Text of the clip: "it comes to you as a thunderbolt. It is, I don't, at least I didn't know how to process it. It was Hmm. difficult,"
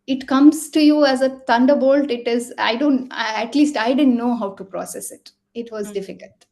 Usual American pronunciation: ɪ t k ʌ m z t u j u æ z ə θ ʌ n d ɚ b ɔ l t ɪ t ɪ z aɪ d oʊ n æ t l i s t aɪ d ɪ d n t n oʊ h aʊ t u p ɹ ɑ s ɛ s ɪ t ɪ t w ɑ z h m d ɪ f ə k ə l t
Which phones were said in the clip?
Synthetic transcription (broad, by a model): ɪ t k ʌ m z t u j u æ z ə t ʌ n d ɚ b ɔ l t ɪ t ɪ z aɪ d oʊ n æ t l i s t aɪ d ɪ d n t n oʊ h aʊ t u p ɹ ɑ s ɛ s ɪ t ɪ t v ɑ z d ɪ f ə k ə l t